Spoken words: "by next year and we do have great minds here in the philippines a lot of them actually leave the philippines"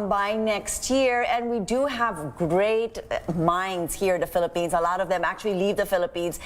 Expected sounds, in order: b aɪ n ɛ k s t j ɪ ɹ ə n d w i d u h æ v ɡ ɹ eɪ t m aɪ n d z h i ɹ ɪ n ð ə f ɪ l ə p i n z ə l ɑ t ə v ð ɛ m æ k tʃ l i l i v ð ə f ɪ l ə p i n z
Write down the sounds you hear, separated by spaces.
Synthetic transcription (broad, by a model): b aɪ n ɛ k s t j ɪ ɹ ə n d w i d u h æ v ɡ ɹ eɪ t m aɪ n d z h i ɹ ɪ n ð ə f ɪ l ə p i n z ə l ɑ t ə v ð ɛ m æ k tʃ l i l i v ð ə f ɪ l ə p i n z